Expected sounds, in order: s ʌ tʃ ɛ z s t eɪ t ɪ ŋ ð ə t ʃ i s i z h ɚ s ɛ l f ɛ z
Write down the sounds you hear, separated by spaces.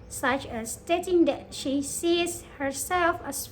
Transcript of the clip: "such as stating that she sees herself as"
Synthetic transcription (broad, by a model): s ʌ tʃ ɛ s t eɪ t ɪ ŋ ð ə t ʃ i s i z h ɚ s ɛ l f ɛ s